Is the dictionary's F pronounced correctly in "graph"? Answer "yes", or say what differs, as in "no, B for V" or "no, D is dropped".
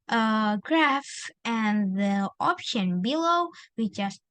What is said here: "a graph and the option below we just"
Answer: yes